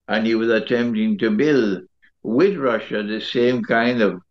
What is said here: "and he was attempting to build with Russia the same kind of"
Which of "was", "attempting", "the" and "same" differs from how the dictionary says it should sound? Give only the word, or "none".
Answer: none